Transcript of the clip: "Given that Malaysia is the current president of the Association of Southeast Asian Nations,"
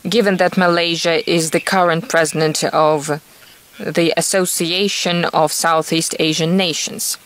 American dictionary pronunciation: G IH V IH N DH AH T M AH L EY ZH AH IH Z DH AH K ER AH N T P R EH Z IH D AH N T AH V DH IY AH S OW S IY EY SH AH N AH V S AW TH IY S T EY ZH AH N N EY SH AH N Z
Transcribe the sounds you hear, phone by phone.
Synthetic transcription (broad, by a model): G IH V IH N DH AH T M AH L EY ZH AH IH Z DH AH K ER AH N T P R EH Z IH D AH N T AH V DH IY AH S OW S IY EY SH AH N AH V S AW TH IY S T EY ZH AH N N EY SH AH N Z